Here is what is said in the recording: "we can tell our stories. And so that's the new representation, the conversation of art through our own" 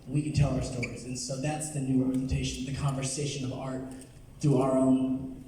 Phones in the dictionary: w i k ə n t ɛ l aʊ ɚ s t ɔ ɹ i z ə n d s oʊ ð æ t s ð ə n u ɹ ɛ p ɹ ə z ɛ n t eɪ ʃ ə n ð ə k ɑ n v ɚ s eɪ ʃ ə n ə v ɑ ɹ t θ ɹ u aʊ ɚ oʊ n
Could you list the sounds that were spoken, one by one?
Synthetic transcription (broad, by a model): w i k ə n t ɛ l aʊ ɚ s t ɔ ɹ i z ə n s oʊ ð æ t s ð ə n u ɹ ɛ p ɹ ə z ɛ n t eɪ ʃ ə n ð ə k ɑ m v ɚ s eɪ ʃ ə n ə v ɑ ɹ t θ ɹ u aʊ ɚ oʊ n